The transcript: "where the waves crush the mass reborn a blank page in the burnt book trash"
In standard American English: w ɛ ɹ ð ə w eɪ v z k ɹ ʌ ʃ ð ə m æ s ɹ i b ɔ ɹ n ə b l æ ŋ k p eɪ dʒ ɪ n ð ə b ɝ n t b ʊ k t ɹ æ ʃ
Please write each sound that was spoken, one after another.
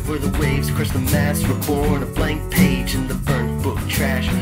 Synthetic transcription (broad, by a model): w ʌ ɹ ð ə w eɪ v z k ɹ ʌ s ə m æ s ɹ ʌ b ɔ ɹ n ə b l æ ŋ k p eɪ dʒ ɪ n ð ə b ɝ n b ʊ k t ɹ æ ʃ